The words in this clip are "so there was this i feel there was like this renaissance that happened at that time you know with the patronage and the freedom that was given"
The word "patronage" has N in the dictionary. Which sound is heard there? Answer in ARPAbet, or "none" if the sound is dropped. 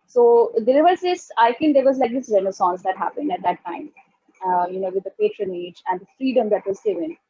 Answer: N